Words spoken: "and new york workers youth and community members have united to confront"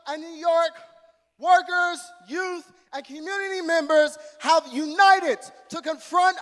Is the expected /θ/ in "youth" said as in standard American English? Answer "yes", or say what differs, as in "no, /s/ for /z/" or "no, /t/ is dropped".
yes